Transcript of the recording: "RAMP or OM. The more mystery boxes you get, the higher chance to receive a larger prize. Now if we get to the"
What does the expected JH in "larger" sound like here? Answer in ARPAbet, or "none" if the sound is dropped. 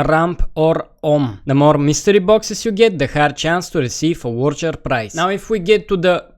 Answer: CH